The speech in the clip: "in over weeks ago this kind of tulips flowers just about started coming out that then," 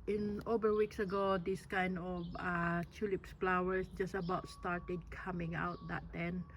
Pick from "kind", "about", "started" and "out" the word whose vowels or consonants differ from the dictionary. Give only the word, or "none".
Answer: none